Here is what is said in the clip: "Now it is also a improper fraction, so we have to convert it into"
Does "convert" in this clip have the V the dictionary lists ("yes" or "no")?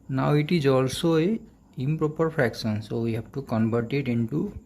no